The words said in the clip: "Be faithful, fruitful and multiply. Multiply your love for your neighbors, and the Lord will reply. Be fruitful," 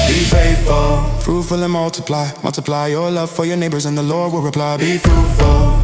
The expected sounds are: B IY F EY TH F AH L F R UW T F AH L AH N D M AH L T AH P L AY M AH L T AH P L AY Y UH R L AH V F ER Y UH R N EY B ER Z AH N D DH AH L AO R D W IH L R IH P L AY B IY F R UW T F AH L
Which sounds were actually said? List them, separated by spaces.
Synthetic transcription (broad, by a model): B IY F EY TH F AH L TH R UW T F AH L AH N M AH L T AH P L AY M AH L T AH P L AY Y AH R L AH V F ER Y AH R N EY B ER Z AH N DH AH L AO R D W IH L R IH P L AY B IY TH R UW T F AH L